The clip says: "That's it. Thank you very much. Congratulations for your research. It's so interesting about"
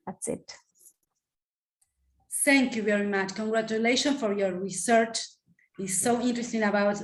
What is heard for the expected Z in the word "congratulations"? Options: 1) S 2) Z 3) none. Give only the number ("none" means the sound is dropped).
3